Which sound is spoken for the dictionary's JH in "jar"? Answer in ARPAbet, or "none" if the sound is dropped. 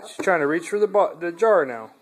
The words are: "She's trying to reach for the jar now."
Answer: JH